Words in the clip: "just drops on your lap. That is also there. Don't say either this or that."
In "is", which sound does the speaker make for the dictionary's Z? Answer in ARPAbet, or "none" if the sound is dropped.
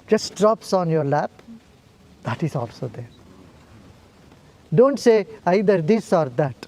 S